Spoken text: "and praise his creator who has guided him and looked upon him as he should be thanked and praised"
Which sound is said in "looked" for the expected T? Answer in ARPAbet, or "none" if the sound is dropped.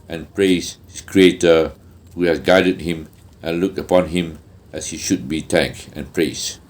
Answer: none